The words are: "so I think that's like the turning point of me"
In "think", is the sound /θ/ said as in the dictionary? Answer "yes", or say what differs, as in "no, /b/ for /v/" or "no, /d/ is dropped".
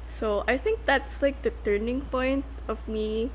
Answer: yes